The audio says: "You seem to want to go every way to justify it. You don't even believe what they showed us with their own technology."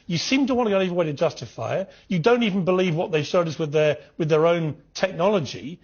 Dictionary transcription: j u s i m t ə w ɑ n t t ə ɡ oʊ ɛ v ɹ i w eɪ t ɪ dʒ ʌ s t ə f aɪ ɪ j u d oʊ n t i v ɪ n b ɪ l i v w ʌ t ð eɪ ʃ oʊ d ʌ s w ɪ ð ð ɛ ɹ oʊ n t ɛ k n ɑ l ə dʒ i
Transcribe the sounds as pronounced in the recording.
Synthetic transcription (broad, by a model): j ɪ s i m t ə w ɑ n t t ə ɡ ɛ ɛ v ɹ i w eɪ t ɪ dʒ ʌ s t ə f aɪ ɪ j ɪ d oʊ n t i v n b ɪ l i v w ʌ t ð eɪ s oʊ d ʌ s w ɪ ð ð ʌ ɹ oʊ n t ɛ k n ɑ l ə dʒ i